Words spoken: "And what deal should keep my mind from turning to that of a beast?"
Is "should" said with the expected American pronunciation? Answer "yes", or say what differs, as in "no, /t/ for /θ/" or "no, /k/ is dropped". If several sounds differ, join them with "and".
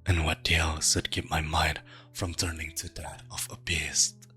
no, /s/ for /ʃ/